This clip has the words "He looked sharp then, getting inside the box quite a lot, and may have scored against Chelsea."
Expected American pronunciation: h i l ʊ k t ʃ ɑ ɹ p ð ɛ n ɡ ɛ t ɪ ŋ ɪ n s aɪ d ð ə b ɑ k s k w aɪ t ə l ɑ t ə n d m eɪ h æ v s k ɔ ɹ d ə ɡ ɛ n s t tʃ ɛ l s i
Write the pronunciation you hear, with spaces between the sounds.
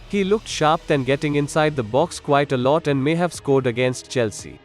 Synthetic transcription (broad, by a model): h i l ʊ k t ʃ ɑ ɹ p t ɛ n ɡ ɛ t ɪ ŋ ɪ n s aɪ d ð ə b ɑ k s k w aɪ t ə l ɑ t ə n d m eɪ h æ v s k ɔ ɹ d ə ɡ ɛ n s t tʃ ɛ l s i